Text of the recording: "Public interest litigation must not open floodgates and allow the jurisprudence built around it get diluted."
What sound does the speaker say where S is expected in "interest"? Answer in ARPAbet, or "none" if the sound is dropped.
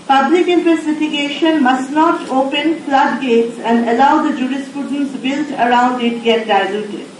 none